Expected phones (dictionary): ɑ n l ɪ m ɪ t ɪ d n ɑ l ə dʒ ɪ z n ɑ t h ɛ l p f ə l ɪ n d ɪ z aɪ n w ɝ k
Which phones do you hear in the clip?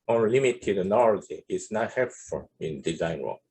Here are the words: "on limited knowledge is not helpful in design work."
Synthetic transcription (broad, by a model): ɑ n l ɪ m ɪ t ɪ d n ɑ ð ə ɪ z n ɑ t h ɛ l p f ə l ɪ n d ɪ z aɪ n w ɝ